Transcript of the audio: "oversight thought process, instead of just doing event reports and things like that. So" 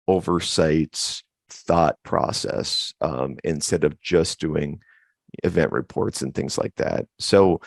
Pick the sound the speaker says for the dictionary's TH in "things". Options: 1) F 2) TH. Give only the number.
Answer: 2